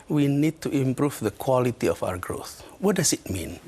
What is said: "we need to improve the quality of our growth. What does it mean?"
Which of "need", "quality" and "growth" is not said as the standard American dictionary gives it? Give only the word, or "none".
none